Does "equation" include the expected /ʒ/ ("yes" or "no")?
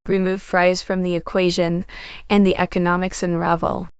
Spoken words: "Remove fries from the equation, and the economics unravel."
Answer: yes